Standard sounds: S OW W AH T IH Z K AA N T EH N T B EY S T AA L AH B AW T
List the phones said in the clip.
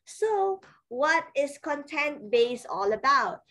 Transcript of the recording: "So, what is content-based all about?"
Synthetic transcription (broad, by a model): S OW W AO T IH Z K AA N T EH N T B EY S AA L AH B AW T